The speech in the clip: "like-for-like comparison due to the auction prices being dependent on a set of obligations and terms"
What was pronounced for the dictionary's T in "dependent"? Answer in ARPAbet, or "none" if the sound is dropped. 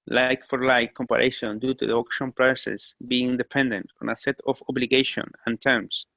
T